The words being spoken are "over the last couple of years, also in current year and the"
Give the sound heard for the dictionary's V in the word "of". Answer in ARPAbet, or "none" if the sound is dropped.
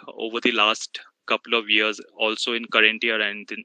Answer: V